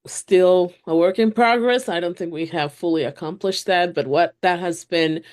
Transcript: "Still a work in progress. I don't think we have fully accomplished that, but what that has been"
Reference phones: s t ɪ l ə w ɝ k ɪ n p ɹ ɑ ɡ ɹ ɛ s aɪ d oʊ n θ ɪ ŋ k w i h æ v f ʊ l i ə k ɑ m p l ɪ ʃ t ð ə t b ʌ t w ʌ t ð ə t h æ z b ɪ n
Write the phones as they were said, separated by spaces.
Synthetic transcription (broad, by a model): s t ɪ l ə w ɝ k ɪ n p ɹ ɑ ɡ ɹ ɛ s aɪ d oʊ n θ ɪ ŋ k w i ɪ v f ʊ l i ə k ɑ m p l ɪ ʃ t ð ə t b ʌ t w ʌ t ð ə t h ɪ z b ɪ n